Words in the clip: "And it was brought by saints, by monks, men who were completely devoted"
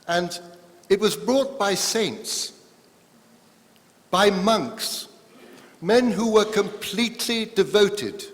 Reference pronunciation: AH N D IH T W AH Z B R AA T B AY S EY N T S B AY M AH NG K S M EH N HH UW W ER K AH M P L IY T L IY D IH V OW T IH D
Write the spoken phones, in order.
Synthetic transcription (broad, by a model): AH N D IH T W AH Z B R AA T B AY S EY N T S B AY M AH NG K S M EH N HH UW W ER K AH M P L IY T L IY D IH V OW T IH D